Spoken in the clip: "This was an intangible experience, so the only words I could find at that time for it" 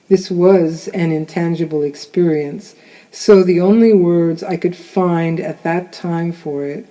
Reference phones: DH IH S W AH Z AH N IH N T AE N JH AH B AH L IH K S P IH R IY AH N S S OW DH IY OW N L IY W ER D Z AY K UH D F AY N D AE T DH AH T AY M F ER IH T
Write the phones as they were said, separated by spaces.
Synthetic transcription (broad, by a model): DH IH S W AH Z AH N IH N T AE N JH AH B L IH K S P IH R IY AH N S S OW DH IY OW N L IY W ER D Z AY K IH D F AY N D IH T DH AH T AY M F ER IH T